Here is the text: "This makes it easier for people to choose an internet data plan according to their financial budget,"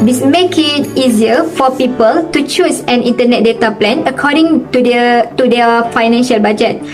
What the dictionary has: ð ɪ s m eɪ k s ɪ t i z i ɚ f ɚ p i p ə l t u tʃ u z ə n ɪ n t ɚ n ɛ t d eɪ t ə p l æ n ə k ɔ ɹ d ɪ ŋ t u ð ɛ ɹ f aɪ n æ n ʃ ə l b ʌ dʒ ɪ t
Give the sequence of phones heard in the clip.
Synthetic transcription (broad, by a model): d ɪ s m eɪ k ɪ t i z i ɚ f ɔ p i p ə l t u tʃ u s ə n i n t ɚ n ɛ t d eɪ t ə p l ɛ n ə k ɔ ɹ d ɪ ŋ t u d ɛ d f aɪ n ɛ n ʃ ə l b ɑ dʒ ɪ t